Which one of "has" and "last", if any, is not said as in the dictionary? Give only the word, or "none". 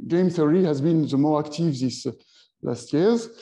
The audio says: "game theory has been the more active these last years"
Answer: none